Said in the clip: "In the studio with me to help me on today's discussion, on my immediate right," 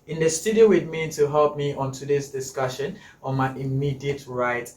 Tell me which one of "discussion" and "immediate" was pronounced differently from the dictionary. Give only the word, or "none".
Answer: none